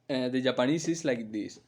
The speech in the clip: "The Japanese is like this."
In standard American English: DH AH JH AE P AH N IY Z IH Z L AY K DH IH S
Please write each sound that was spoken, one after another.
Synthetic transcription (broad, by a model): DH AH JH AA P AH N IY S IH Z L AY K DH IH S